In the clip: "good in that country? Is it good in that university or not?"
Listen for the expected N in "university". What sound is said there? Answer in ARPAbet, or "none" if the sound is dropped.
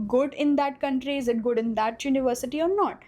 N